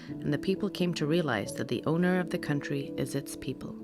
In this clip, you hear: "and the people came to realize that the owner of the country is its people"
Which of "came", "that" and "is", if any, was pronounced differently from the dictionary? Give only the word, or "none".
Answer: none